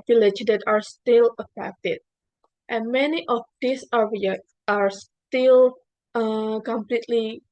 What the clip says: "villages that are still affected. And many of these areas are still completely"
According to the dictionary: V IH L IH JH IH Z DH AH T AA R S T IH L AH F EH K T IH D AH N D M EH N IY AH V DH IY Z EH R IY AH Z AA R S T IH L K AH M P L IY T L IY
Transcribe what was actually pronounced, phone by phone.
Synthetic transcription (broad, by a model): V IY L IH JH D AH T AA R S T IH L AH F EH K T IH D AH N M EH N IY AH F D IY S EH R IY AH AA R S T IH L K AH M P L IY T L IY